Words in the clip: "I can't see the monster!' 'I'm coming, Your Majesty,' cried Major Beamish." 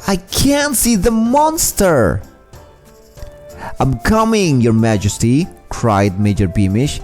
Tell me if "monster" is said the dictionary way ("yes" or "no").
yes